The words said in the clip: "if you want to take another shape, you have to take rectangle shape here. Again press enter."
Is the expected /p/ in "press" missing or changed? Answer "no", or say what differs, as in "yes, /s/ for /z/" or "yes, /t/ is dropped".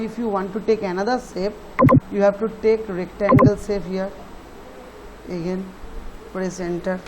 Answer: yes, /f/ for /p/